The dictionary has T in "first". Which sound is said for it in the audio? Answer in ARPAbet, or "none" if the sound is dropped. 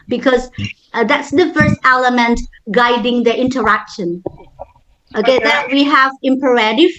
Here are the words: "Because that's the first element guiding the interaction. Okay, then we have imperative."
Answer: T